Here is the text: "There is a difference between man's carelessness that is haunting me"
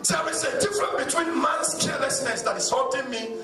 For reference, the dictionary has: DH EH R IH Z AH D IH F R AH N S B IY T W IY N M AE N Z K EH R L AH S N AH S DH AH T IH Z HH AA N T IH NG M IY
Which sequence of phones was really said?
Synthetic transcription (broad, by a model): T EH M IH S AH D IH F R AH N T B IY T W IY N M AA N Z K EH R L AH S N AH S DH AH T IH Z HH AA T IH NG M IY